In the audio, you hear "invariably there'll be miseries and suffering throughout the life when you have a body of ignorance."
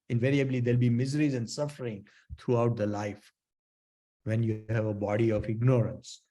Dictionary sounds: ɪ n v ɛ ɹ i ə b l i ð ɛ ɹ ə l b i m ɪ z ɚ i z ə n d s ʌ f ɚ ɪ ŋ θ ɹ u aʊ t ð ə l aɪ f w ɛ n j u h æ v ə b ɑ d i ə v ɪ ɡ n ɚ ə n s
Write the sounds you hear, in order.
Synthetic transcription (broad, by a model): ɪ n v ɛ ɹ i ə b l i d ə l b i m ɪ z ɚ i z ə n d s ʌ f ɚ ɪ ŋ t ɹ u aʊ t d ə l aɪ f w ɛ n j u h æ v ə b ɑ d i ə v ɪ ɡ n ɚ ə n s